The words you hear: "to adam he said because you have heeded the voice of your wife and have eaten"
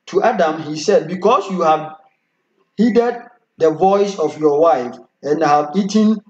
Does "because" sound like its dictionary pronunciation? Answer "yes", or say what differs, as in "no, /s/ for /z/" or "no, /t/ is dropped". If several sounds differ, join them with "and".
no, /s/ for /z/